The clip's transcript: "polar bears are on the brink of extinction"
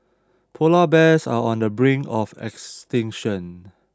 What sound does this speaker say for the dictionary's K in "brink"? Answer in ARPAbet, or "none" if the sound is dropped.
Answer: none